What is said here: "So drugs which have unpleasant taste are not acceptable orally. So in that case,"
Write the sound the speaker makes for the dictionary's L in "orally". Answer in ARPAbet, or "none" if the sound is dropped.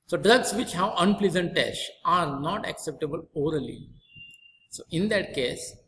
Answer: L